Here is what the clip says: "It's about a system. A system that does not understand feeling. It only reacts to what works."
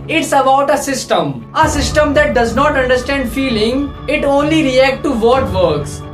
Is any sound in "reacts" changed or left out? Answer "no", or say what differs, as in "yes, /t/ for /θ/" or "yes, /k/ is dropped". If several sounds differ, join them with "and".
yes, /s/ is dropped